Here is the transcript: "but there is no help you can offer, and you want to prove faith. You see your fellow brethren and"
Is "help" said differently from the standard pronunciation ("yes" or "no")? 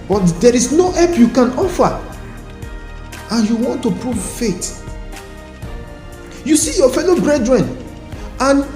yes